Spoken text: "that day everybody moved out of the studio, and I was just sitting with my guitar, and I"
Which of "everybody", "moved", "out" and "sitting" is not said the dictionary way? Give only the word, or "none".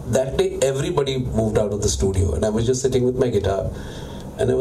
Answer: none